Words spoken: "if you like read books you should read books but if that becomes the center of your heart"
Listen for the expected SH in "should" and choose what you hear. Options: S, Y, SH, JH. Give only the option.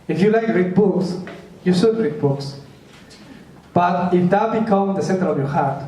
S